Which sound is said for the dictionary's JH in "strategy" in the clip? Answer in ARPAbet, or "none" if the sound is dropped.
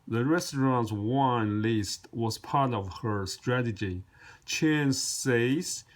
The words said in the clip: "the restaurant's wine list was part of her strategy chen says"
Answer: JH